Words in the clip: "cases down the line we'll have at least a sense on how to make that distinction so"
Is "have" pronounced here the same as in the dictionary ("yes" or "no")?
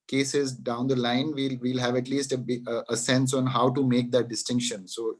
yes